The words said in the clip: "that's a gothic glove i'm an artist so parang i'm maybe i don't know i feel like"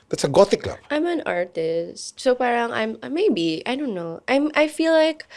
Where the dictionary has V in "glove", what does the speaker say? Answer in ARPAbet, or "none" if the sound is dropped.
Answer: B